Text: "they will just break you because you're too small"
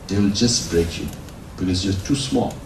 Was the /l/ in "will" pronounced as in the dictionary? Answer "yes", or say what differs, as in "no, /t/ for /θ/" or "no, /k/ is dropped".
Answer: yes